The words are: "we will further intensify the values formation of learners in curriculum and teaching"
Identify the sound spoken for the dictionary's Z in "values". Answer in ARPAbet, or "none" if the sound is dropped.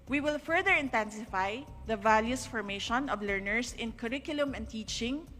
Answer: S